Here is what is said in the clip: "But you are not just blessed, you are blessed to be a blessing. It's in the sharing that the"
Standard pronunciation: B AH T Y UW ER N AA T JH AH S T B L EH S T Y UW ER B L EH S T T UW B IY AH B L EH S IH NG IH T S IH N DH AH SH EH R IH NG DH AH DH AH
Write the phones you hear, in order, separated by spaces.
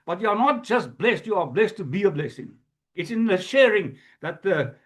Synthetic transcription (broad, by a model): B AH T Y UW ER N AA T JH AH S T B L EH S T Y UW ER B L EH S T T UW B IY AH B L EH S IH NG IH T S IH N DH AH SH EH R IH NG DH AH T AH